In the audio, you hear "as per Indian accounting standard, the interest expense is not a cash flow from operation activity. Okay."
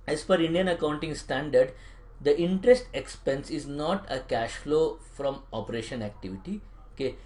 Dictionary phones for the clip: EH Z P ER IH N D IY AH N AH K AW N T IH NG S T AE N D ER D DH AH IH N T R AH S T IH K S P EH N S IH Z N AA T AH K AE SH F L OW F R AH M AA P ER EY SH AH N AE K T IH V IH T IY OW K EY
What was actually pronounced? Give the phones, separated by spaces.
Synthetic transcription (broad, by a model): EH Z F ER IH N D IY AH N AH K AW N T IH NG S T AE N D ER D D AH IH N T R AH S T IH K S P EH N S IH Z N AA T AH K AE SH F L OW F R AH M AA P ER EY SH AH N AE K T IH V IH T IY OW K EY